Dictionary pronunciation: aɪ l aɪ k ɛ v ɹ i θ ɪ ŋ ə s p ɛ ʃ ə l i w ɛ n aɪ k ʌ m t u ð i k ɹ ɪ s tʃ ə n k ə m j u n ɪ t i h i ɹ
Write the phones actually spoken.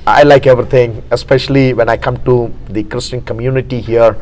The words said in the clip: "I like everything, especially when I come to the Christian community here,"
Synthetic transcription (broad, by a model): aɪ l aɪ k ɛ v ɹ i t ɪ ŋ ə s p ɛ ʃ ə l i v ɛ n aɪ k ʌ m t u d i k ɹ ɪ s tʃ ə n k ə m j u n ɪ t i h i ɹ